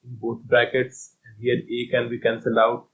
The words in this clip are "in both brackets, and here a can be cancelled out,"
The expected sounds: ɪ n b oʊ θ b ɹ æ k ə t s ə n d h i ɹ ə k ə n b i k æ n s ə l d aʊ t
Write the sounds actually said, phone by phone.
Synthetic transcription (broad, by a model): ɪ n b oʊ t b ɹ æ k ə t s ə n d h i ɹ ə k ə n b i k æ n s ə l aʊ t